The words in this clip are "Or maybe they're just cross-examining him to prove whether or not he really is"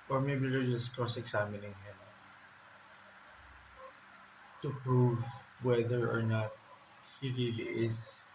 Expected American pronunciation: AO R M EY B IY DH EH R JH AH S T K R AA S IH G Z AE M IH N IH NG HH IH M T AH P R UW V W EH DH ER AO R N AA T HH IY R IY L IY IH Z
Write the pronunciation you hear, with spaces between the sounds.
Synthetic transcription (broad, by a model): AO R M EY B IY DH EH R JH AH S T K AA S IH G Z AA M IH N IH NG HH IH M T AH P R UW V W EH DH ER AO R N AA T HH IY R IY L IY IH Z